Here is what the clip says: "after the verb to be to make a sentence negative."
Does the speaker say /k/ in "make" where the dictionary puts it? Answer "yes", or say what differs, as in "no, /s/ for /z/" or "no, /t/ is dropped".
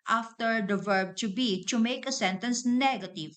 yes